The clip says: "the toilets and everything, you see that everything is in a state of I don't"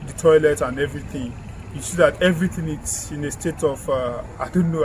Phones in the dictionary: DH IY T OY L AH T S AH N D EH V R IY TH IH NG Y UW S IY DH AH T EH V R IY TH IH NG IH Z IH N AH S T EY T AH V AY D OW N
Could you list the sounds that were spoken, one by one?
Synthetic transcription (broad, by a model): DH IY T OY L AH T AH N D EH V R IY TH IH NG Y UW S IY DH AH T EH V R IY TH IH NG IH S IH N AH S T EY T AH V AY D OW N